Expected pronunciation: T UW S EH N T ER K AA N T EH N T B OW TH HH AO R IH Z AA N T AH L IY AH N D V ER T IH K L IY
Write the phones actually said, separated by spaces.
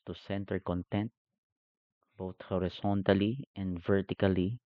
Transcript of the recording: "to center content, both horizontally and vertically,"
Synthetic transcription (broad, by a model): T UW S EH N T ER K AA N T EH N T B OW T HH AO R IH S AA N T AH L IY AH N D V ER T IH K L IY